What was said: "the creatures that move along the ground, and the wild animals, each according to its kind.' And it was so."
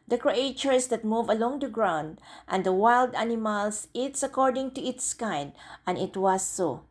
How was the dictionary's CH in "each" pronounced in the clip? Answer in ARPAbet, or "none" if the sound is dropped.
S